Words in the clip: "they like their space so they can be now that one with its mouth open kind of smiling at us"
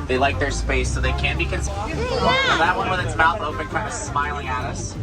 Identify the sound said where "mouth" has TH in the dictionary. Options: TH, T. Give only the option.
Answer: T